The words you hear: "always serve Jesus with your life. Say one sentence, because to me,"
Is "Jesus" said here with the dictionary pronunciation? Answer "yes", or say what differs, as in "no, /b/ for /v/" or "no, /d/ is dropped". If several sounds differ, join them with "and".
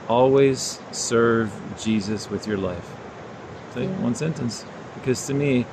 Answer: yes